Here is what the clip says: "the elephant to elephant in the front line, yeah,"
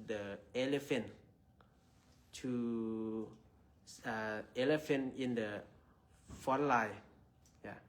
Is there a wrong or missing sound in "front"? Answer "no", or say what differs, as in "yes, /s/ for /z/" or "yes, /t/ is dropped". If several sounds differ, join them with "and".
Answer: yes, /ɹ/ is dropped and /n/ is dropped